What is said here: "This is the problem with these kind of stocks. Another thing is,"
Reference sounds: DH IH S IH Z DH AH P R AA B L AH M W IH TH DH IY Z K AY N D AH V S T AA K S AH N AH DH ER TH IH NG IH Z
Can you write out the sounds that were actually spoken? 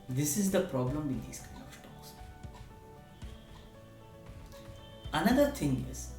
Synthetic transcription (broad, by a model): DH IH S IH Z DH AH P R AA B L AH M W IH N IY S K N AH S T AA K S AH N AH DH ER T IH NG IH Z